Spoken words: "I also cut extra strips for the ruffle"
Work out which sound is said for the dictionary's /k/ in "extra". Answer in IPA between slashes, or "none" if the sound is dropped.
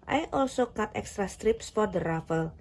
/k/